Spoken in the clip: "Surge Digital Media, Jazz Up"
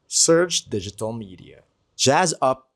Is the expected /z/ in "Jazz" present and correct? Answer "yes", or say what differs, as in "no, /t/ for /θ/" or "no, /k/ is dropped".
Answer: yes